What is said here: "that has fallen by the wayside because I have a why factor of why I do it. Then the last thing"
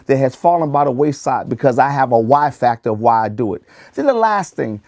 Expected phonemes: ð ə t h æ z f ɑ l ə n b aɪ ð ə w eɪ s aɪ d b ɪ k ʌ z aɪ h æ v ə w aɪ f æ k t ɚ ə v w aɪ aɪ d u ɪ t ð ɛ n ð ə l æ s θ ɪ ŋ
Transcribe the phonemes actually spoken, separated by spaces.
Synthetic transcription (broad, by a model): ð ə t h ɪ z f ɑ l ə n b aɪ ð ə w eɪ s aɪ d b ɪ k ʌ z aɪ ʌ v ə w aɪ f æ k t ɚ ə v w aɪ aɪ d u ɪ t ð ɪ n ð ə l æ s θ ɪ ŋ